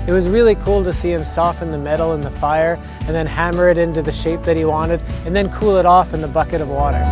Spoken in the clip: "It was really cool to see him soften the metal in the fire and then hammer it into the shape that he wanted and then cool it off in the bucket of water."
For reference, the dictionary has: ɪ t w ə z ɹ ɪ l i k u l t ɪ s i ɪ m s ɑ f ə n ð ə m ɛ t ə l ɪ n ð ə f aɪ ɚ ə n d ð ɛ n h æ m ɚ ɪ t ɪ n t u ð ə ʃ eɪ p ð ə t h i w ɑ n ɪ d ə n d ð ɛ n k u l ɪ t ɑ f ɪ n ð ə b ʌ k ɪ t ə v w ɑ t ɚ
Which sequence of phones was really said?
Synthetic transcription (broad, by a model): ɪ t w ə z ɹ ɪ l i k u l t ɪ s i ɪ m s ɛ f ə n ð ə m ɛ t l ɪ n ð ə f aɪ ɚ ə n ð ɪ n h æ m ɚ ɪ t ɪ n t u ð ə ʃ eɪ p ð ə t h i w ɑ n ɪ d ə n ð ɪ n k u l ɪ t ɑ f ɪ n ð ə b ʌ k ɪ t ə v w ɑ t ɚ